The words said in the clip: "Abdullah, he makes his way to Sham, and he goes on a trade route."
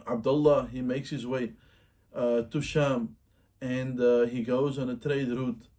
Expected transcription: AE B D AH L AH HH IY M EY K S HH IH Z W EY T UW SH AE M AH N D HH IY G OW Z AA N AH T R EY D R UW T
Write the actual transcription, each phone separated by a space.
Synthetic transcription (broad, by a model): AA B D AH L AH HH IY M EY K S HH IH Z W EY T UW SH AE M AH N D HH IY G OW Z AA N AH T R EY D R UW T